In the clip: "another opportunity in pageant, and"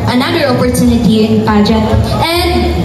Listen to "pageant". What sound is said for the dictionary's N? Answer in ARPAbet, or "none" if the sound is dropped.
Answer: none